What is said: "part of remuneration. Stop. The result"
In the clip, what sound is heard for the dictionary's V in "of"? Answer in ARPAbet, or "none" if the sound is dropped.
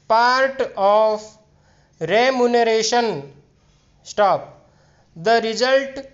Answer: P